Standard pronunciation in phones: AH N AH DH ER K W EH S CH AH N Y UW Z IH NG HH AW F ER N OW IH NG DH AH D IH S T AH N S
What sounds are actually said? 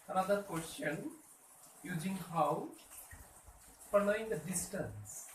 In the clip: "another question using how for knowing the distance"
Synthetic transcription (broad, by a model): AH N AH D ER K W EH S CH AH N Y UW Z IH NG HH AW P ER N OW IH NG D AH D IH S T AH N S